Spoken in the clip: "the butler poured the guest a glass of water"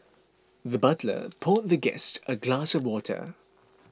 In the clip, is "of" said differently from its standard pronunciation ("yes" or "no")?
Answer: no